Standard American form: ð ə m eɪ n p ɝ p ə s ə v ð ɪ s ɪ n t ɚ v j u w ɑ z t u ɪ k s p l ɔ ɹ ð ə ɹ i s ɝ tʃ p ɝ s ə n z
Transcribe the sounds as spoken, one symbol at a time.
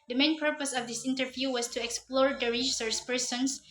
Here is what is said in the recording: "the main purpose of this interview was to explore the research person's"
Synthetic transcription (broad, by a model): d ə m eɪ n p ɝ p ə s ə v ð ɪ s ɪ n t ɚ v j u w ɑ s t u ɪ k s p l ɔ ɹ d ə ɹ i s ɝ s p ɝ s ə n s